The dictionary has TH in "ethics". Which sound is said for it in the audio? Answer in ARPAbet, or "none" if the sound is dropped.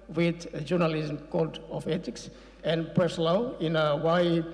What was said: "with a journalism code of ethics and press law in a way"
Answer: T